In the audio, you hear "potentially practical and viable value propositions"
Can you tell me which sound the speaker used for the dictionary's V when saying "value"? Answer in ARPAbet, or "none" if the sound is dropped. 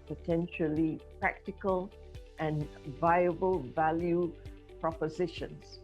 V